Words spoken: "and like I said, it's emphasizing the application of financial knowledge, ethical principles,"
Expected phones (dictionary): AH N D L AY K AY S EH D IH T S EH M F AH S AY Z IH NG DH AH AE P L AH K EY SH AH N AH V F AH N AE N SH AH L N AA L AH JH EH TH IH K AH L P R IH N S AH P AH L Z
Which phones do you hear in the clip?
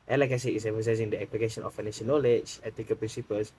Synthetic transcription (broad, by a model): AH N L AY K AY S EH IH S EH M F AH S AY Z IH NG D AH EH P L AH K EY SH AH N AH F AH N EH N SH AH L N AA L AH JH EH T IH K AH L P R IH N S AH P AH L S